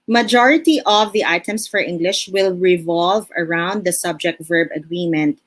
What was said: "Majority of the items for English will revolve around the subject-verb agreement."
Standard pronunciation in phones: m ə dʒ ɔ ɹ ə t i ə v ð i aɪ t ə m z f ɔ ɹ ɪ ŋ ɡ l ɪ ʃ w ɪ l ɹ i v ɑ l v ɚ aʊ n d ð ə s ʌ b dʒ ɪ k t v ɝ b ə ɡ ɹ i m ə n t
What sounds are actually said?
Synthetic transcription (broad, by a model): m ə dʒ ɔ ɹ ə t i ə v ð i aɪ t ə m s f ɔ ɹ ɪ ŋ ɡ l ɪ ʃ w ɪ l ɹ i v ɑ l v ɚ aʊ n d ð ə s ʌ b dʒ ɪ k t v ɝ b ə ɡ ɹ i m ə n t